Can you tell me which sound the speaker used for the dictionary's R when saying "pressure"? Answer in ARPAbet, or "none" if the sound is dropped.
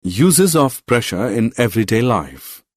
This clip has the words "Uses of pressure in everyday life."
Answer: R